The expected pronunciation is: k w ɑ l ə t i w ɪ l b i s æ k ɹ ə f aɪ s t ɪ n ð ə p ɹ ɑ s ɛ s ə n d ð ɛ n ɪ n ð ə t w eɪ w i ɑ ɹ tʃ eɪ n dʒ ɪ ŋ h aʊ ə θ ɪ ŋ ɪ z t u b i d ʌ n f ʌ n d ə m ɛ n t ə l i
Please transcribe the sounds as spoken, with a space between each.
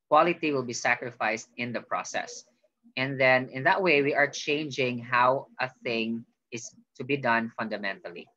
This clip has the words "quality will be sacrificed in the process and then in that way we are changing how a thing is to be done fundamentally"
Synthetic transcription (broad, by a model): k w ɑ l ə t i w ɪ l b i s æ k ɹ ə f aɪ s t ɪ n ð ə p ɹ ɑ s ɛ s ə n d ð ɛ n ɪ n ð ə t w eɪ w i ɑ ɹ tʃ eɪ n dʒ ɪ ŋ h aʊ ə θ ɪ ŋ ɪ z t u b i d ʌ n f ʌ n d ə m ɛ n t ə l i